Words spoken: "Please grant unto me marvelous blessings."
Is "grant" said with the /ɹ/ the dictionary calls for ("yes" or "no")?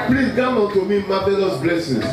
no